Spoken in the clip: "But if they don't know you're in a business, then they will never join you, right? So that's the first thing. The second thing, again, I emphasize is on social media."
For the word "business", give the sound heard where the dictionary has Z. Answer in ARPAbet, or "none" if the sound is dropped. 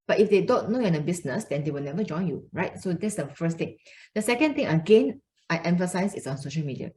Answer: S